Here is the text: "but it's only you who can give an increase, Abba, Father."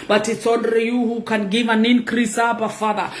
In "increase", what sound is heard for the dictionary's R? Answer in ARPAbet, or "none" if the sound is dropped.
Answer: R